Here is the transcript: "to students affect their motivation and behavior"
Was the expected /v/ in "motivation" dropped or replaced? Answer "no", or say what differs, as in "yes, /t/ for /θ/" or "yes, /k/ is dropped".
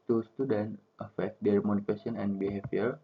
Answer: yes, /f/ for /v/